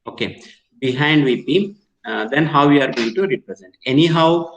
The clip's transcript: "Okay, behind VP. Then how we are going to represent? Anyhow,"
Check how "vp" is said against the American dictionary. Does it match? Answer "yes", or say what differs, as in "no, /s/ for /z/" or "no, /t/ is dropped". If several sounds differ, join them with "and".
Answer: no, /b/ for /p/